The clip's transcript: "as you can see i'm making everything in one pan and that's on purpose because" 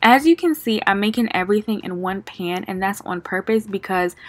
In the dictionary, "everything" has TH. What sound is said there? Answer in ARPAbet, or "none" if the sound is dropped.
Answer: TH